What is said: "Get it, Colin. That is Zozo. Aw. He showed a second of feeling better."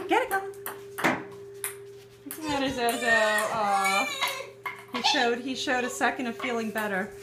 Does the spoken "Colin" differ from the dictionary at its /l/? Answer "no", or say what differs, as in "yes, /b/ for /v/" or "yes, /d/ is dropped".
yes, /n/ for /l/